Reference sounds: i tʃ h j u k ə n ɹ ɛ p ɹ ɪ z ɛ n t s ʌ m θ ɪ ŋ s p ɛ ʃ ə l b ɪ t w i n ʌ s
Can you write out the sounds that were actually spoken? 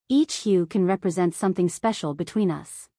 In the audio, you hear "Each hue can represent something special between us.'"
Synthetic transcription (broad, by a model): i tʃ h j u k ə n ɹ ɛ p ɹ ɪ z ɛ n t s ʌ m θ ɪ ŋ s p ɛ ʃ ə l b ɪ t w i n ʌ s